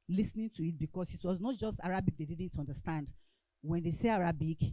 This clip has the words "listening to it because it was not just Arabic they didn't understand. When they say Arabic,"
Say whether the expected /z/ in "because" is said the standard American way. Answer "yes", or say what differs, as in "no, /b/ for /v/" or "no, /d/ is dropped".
no, /s/ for /z/